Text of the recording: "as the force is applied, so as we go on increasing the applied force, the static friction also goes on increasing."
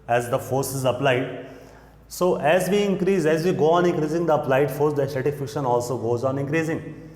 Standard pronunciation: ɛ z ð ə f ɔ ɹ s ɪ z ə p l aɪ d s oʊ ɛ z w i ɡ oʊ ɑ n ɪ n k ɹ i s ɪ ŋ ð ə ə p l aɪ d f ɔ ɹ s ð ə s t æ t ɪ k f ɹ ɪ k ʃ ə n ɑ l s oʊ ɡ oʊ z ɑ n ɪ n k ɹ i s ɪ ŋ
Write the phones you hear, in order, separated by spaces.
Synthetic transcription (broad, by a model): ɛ z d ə f ɔ ɹ s ɪ z ə p l aɪ d s oʊ ɛ z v i ɡ oʊ ɑ n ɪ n k ɹ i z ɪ ŋ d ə ə p l aɪ d f ɔ ɹ s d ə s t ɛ t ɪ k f ɪ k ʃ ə n ɑ l s oʊ ɡ oʊ z ɑ n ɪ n k ɹ i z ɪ ŋ